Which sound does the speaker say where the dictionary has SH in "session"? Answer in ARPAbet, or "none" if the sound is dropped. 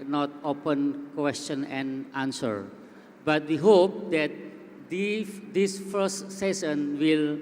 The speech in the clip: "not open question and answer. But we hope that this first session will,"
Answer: S